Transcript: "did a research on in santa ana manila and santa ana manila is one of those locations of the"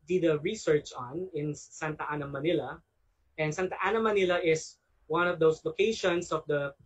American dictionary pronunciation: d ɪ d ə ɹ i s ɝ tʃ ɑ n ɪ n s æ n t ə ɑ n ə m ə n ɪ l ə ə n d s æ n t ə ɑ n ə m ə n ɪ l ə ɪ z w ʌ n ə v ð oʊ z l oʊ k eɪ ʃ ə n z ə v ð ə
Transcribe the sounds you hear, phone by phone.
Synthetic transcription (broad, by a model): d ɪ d ə ɹ i s ɝ tʃ ɑ n ɪ n s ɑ n t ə ɑ n ə m ə n ɪ l ə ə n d s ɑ n t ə ɑ n ə m ə n ɪ l ə ɪ s w ʌ n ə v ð oʊ s l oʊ k eɪ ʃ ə n s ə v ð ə